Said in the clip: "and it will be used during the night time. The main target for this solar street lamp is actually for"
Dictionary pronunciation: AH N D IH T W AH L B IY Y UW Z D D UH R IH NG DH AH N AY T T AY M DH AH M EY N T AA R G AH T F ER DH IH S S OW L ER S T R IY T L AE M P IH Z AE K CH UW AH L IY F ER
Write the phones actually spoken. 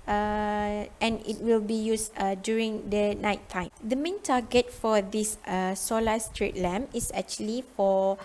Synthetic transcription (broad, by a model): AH N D IH T W AH L B IY Y UW S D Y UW R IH NG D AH N AY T T AY M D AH M EY N T AA G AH T F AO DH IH S S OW L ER S T R IY T L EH M IH S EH K CH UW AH L IY F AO